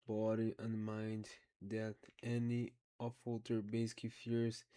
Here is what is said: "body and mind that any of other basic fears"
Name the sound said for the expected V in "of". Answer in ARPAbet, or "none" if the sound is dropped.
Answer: F